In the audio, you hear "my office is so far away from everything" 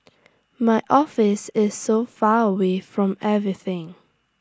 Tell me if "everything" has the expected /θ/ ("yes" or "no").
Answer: yes